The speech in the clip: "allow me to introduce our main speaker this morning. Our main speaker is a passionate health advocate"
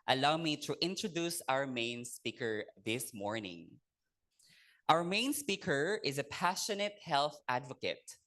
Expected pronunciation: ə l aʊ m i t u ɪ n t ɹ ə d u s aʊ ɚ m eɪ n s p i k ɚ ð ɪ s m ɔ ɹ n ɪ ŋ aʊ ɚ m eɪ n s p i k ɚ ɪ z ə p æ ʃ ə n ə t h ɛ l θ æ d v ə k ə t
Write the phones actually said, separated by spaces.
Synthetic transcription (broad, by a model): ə l aʊ m i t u ɪ n t ɹ ə d u s aʊ ɚ m eɪ n s p i k ɚ ð ɪ s m ɔ ɹ n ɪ ŋ aʊ ɚ m eɪ n s p i k ɚ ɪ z ə p æ ʃ ə n ə t h ɛ l θ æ d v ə k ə t